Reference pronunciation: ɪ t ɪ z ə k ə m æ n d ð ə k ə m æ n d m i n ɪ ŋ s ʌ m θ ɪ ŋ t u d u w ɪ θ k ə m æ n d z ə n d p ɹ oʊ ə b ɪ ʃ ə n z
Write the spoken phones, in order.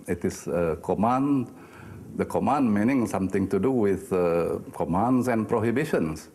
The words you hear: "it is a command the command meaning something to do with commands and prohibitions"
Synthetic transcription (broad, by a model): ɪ t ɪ s ə k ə m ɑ n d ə k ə m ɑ n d m i n ɪ ŋ s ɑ m t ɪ ŋ t u d u w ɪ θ k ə m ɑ n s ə n p ɹ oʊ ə b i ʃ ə n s